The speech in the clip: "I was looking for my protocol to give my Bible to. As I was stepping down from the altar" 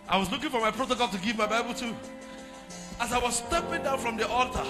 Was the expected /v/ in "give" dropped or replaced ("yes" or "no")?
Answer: no